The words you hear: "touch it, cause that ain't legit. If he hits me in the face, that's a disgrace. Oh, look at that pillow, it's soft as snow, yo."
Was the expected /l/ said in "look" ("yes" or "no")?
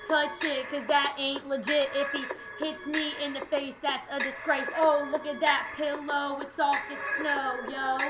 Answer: yes